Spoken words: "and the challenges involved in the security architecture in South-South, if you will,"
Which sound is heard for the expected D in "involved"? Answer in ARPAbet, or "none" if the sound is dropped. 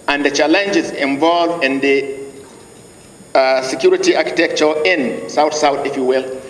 none